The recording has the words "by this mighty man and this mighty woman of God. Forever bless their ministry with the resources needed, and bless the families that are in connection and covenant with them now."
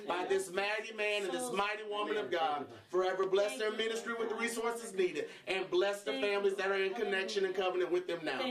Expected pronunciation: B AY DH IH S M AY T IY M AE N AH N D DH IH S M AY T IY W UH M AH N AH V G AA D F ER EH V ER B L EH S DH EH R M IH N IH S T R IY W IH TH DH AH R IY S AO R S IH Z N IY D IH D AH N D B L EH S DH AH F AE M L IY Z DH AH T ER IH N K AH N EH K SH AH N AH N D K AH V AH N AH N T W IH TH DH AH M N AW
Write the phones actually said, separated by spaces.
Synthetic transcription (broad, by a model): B AY DH IH S M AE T IY M AE N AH N DH IH S M AY T IY W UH M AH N AH V G AA D F ER EH V ER B L EH S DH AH R M IH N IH S T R IY W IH DH AH R IY S AO R S IH Z N IY D IH D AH N B L EH S DH AH F AE M L IY Z DH AH T ER IH N K AH N EH K SH AH N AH N K AH V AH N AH N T W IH DH AH M N AW